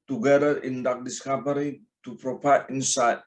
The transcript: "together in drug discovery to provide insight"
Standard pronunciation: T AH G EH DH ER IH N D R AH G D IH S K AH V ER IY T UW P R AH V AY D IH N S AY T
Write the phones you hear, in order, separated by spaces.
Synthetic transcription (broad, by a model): T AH G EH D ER IH N D AA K D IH S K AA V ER IY T UW P R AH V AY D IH N S AY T